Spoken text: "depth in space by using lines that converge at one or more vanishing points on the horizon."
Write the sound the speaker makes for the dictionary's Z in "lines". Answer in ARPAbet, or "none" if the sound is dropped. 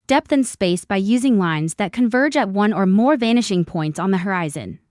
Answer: Z